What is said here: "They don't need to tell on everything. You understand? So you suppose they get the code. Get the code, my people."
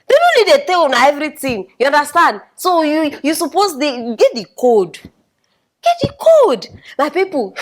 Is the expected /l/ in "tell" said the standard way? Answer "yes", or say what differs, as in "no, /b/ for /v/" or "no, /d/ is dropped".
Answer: no, /n/ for /l/